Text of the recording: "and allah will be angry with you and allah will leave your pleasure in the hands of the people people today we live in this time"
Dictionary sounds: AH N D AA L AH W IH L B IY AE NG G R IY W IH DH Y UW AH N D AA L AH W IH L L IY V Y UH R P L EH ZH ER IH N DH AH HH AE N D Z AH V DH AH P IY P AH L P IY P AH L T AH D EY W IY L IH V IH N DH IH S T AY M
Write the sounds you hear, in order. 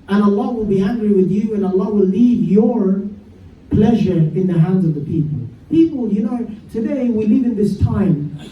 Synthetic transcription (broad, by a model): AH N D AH L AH W IH L B IY AE NG G R IY W IH DH Y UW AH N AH L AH W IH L L IY V Y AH R P L EH ZH ER IH N DH AH HH AE N D Z AH V DH AH P IY P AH L P IY P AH N T AH D EY W IY L IH V IH N DH IH S T AY M